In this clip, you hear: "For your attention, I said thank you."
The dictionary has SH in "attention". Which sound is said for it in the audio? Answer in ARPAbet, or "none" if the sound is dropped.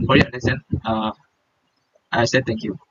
none